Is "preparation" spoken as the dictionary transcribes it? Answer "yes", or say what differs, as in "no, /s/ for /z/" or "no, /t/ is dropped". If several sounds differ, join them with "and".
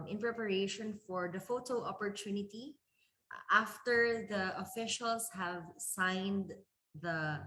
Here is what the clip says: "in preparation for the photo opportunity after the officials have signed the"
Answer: yes